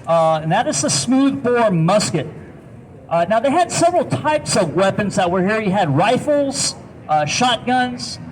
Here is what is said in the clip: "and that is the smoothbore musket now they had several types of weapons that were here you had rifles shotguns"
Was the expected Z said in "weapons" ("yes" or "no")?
yes